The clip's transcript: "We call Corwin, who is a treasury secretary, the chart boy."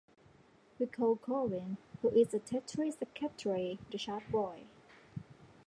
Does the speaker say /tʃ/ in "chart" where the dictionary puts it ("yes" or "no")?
no